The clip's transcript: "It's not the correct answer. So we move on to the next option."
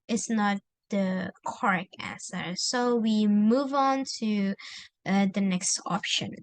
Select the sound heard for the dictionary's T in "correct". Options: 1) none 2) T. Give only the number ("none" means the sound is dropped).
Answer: 1